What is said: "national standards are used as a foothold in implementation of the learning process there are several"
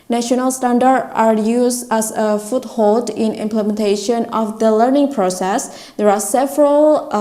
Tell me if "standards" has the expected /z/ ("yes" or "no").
no